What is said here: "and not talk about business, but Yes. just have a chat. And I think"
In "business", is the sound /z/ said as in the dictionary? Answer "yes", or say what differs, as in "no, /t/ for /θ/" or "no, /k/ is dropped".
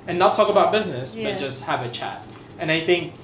yes